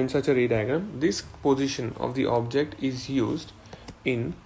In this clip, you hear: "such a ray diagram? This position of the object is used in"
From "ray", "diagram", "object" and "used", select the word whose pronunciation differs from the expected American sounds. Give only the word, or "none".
diagram